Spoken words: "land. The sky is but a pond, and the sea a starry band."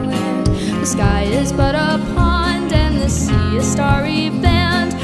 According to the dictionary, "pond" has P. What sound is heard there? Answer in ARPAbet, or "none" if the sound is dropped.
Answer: P